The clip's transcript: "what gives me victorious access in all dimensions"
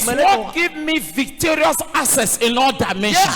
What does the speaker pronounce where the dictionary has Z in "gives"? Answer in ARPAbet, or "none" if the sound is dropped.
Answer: none